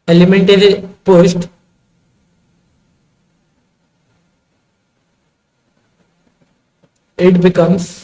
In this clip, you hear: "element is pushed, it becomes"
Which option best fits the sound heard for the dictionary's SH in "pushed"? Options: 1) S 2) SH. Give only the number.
1